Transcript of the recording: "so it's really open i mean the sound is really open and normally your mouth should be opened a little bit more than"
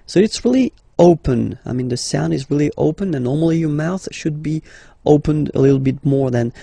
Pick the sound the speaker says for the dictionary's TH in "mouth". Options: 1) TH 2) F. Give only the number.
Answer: 1